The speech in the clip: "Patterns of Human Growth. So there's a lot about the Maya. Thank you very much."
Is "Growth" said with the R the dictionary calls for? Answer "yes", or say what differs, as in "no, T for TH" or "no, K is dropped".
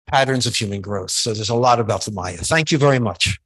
yes